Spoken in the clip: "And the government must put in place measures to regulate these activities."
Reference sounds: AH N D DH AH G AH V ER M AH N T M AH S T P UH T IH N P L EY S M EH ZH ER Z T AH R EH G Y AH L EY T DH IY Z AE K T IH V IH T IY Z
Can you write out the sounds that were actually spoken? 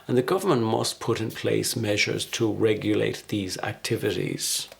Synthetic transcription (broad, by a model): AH N DH AH G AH V ER M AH N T M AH S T P UH T IH N P L EY S M EH ZH ER Z T AH R EH G Y AH L EY T DH IY Z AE K T IH V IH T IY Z